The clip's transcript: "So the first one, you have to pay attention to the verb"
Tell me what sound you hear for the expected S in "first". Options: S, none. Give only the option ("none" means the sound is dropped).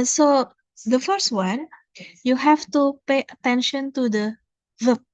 S